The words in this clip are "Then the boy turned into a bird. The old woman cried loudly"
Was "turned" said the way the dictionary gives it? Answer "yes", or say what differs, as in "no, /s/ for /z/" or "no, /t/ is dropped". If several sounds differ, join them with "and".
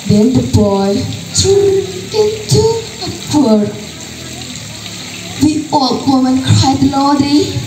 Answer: no, /d/ is dropped